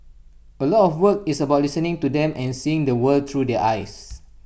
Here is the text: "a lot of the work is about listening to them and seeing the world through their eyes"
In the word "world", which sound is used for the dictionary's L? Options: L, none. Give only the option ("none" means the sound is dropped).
none